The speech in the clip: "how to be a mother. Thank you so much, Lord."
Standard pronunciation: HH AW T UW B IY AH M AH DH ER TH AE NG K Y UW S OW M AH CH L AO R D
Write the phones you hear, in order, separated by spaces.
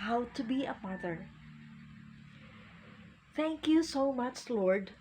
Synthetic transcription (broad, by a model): HH AW T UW B IY AH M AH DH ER TH AE NG K Y UW S OW M AH CH L AO R D